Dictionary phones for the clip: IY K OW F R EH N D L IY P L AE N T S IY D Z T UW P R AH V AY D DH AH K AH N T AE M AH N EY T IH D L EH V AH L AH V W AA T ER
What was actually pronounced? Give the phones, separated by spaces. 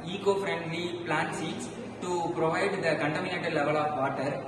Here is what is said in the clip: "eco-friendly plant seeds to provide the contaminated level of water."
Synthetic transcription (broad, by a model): IY K OW F R EH N D L IY P L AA N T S IY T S T UW P R AH V AY D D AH K AH N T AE M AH N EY T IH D L EH V AH L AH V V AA T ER